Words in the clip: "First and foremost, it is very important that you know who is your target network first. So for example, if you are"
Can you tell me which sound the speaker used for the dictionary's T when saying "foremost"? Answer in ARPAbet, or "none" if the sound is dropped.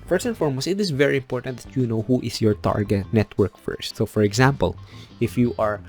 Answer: none